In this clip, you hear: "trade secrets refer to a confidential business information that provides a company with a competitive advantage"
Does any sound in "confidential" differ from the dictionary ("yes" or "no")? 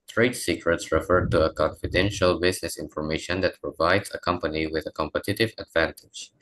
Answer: no